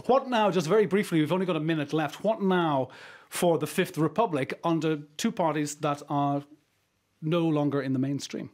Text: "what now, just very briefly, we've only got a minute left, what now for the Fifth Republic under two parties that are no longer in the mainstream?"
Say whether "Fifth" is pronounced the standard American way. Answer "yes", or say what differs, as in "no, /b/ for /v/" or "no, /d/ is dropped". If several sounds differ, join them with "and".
yes